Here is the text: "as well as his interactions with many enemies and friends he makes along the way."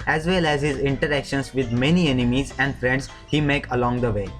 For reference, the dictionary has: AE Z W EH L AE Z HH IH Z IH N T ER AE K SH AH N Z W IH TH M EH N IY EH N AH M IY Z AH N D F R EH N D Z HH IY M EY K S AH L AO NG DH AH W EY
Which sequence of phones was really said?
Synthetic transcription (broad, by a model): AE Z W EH L AE Z HH IH Z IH N T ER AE K SH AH N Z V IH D M EH N IY EH N AH M IY Z AH N D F R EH N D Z HH IY M EY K AH L AO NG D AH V EY